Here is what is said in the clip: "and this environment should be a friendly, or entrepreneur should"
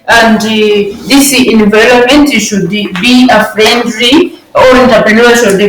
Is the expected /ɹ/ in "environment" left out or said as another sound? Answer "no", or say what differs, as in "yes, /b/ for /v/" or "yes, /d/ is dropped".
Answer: yes, /l/ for /ɹ/